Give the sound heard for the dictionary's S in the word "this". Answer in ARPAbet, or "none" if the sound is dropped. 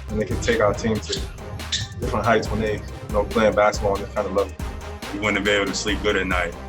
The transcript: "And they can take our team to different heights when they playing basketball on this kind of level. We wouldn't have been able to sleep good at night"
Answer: none